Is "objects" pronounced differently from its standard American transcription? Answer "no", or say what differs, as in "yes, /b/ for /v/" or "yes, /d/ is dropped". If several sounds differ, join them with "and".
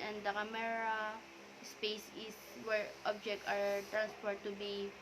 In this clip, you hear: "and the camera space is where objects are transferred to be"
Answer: yes, /s/ is dropped